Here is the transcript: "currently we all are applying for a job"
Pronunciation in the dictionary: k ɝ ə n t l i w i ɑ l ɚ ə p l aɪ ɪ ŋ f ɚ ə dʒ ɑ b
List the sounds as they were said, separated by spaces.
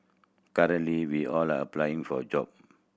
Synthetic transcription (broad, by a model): k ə t l i w i ɑ l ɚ ə p l aɪ ɪ ŋ f ə dʒ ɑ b